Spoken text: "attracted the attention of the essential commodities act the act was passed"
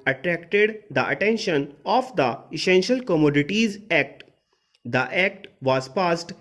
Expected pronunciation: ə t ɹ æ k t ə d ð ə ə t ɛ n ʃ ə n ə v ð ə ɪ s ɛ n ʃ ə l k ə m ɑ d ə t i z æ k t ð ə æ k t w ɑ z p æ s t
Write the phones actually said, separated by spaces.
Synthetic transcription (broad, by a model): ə t ɹ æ k t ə d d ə ə t ɛ n ʃ ə n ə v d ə ɪ s ɛ n ʃ ə l k ə m ɑ d ə t i z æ k t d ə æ k t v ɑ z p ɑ s t